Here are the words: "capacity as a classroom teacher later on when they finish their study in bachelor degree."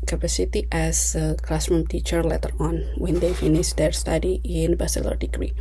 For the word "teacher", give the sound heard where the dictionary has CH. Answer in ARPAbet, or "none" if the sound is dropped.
CH